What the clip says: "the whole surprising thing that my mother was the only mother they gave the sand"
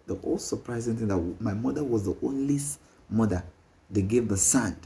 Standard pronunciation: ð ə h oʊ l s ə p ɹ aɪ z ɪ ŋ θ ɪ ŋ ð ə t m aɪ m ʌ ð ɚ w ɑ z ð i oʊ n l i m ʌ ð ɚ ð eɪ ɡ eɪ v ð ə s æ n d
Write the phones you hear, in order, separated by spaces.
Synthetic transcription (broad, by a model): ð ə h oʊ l s ə p ɹ aɪ z ɪ ŋ θ ɪ ŋ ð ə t m aɪ m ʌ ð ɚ w ɑ z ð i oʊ n l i m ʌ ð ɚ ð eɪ ɡ eɪ v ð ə s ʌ n